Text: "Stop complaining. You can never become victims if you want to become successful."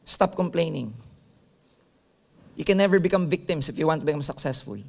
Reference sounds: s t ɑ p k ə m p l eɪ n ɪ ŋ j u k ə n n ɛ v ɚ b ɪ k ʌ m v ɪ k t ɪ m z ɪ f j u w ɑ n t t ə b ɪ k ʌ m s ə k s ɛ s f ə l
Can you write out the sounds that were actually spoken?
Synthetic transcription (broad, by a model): s t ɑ p k ə m p l eɪ n ɪ ŋ j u k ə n n ɛ v ɚ b ɪ k ʌ m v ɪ k t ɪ m s ɪ f j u w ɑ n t t ə b ɪ k ʌ m s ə k s ɛ s f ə l